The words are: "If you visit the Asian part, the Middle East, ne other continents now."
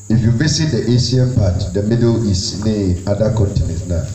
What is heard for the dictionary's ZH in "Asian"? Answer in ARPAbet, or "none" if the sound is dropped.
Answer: S